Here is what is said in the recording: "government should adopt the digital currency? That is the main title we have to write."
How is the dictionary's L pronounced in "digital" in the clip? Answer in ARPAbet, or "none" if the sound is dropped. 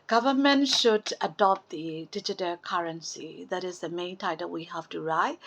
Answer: L